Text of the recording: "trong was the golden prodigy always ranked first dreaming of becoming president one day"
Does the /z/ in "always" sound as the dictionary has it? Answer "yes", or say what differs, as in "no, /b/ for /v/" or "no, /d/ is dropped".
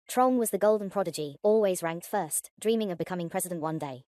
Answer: yes